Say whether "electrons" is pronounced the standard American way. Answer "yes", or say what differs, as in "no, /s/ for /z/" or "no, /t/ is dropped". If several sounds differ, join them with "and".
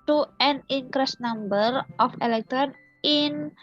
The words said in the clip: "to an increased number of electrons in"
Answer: no, /z/ is dropped